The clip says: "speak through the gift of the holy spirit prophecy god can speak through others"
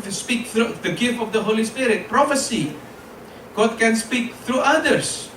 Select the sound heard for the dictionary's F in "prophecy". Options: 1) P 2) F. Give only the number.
2